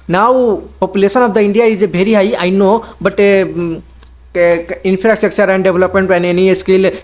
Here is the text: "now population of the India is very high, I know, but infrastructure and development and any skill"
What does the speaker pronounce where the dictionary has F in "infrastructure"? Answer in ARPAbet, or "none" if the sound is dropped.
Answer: P